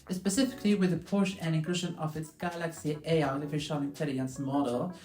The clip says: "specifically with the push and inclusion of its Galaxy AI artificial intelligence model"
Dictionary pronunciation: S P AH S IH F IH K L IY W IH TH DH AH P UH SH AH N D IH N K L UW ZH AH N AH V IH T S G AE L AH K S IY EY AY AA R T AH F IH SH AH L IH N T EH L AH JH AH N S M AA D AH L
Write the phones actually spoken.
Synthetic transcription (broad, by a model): S P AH S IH F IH K L IY W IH DH AH P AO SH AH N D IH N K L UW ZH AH N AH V IH T S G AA L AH K S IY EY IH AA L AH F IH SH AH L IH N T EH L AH AH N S M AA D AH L